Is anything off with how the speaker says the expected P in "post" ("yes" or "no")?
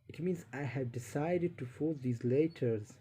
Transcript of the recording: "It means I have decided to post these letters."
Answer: yes